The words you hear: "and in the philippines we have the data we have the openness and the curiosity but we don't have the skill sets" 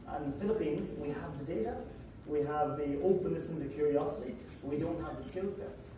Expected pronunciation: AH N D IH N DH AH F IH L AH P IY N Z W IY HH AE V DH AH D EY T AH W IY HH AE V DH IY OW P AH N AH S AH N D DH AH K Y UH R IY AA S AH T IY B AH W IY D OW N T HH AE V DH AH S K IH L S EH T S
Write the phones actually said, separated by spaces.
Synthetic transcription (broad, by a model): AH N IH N DH AH F IH L AH P IY N Z W IY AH V DH AH D EY T AH W IY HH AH V DH IY OW P AH N AH S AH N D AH K Y UH R IY AA S AH T IY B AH W IY D OW N T HH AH V DH AH S K IH L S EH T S